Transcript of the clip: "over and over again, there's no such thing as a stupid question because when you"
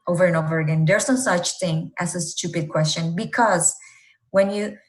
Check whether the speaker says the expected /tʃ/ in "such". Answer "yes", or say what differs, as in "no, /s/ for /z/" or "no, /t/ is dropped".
yes